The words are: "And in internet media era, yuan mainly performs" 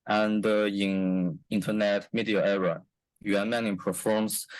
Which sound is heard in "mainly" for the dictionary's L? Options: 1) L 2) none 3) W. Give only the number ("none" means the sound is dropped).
2